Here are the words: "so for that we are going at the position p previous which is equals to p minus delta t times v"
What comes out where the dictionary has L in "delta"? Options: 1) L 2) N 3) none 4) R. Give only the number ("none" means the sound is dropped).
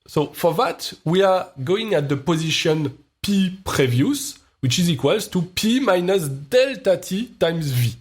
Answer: 1